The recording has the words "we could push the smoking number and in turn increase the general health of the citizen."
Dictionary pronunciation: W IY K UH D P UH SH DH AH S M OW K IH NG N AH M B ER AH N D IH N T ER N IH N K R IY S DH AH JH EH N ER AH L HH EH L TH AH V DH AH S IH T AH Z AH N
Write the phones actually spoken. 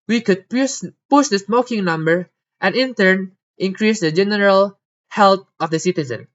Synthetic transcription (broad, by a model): W IY K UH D P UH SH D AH S M OW K IH NG N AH M B ER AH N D IH N T ER N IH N K R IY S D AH JH EH N ER AH L HH EH L T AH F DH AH S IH T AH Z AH N